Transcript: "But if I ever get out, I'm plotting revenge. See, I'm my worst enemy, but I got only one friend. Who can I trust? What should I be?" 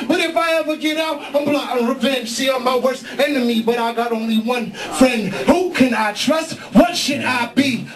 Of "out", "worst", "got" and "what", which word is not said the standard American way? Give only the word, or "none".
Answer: worst